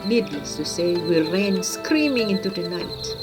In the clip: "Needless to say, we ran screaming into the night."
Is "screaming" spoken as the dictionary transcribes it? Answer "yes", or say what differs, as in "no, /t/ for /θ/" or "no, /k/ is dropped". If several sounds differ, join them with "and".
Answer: yes